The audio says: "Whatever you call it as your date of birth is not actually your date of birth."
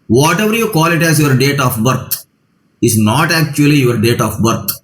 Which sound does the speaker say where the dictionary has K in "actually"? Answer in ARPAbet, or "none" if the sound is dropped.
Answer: K